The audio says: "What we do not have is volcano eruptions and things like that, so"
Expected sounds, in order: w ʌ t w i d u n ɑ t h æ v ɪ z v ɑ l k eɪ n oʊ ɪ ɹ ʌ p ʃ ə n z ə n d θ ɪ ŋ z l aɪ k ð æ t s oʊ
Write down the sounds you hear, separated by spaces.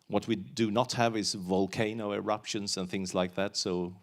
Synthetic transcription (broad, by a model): w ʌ t w i d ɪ n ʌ t h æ v ɪ z v ɑ l k eɪ n oʊ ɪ ɹ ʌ p ʃ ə n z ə n θ ɪ ŋ z l aɪ k ð æ t s oʊ